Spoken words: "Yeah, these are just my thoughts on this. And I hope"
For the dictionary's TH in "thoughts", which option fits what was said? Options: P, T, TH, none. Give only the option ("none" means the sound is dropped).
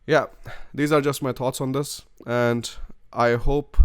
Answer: T